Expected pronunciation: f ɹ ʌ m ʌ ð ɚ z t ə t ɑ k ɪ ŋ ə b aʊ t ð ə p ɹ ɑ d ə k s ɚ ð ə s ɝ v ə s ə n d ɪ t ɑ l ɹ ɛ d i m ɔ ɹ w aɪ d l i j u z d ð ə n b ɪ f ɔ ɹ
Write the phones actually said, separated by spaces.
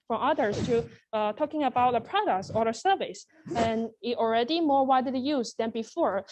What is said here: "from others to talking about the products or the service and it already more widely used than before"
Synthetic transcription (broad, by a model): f ɹ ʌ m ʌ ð ɚ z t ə t ɑ k ɪ ŋ ə b aʊ t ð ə p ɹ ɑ d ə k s ɚ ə s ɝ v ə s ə n ɪ t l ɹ ɛ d i m ɔ ɹ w aɪ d i j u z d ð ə n b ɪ f ɔ ɹ